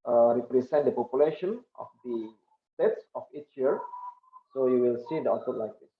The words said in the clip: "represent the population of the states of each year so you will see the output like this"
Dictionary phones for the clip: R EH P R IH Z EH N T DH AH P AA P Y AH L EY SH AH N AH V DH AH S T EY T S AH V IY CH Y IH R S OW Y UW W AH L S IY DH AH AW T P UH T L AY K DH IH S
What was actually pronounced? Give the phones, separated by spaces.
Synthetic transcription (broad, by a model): R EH P R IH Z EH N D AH P AA P Y AH L EY SH AH N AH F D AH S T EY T S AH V IY CH Y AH R S OW Y UW W AH L S IY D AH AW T AH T L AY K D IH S